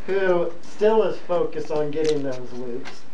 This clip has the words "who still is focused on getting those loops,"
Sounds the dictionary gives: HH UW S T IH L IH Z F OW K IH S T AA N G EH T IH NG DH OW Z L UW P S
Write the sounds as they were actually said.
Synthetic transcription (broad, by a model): HH UW S T IH L IH Z F OW K IH S T N G EH T IH NG DH OW Z L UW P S